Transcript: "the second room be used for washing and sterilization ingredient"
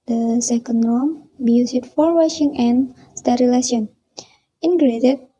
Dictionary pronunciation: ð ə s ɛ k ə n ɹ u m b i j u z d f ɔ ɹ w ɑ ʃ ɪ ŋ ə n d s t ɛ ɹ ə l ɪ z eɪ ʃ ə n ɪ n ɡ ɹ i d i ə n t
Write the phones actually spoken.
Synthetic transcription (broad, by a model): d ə s ɛ k ə n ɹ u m b i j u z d f ɔ ɹ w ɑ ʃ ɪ ŋ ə n s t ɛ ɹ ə l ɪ s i ə n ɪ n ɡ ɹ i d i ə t